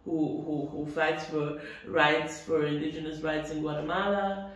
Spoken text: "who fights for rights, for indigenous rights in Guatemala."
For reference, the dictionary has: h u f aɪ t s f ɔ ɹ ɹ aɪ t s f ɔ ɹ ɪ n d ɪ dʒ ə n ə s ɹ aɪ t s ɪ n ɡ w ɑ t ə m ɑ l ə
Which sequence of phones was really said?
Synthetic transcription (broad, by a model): h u f aɪ t s f ɔ ɹ ɹ aɪ t s f ɔ ɹ ɪ n d ɪ dʒ ə n ə s ɹ aɪ t s ɪ n ɡ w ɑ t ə m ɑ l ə